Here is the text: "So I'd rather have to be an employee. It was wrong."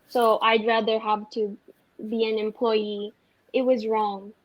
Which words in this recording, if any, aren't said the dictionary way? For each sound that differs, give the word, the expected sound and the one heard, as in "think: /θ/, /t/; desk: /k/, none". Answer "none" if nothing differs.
none